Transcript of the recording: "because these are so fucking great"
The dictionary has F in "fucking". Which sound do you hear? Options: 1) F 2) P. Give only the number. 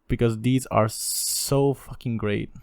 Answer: 1